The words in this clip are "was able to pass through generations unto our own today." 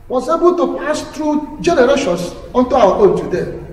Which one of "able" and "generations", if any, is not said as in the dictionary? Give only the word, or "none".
generations